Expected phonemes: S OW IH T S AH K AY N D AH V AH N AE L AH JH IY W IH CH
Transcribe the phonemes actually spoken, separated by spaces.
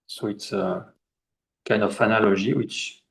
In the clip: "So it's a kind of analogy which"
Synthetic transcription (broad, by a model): S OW IH T S AH K AY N D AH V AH N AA L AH ZH IY W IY CH